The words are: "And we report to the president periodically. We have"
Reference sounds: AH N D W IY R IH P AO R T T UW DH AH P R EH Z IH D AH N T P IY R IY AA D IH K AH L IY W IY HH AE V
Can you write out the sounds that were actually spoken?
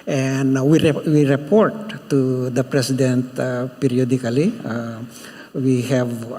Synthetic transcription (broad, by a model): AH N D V IY R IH P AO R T T UW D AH P R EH S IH D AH N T P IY R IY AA D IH K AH L IY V IY HH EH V